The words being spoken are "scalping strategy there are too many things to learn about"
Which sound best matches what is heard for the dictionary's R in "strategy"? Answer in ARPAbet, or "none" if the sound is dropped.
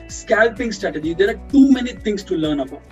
R